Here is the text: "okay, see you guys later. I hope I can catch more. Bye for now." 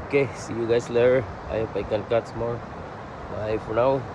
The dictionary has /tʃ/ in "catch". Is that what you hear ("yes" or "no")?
no